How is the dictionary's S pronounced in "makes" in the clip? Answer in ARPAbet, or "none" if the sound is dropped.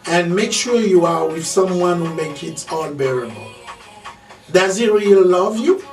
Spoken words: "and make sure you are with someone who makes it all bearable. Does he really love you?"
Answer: none